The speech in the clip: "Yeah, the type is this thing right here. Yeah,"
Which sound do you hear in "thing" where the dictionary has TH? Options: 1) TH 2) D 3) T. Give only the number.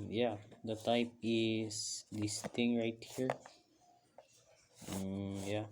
3